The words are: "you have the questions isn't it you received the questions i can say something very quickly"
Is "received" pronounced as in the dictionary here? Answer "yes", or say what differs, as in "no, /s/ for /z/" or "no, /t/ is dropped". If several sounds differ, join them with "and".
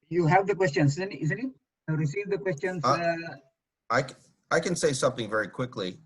yes